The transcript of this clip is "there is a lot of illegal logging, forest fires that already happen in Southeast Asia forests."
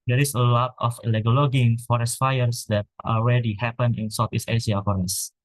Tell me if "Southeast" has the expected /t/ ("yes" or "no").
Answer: no